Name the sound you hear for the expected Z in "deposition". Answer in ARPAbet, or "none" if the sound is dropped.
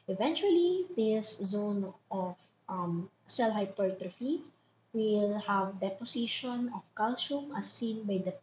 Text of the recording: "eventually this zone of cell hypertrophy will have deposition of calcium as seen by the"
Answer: S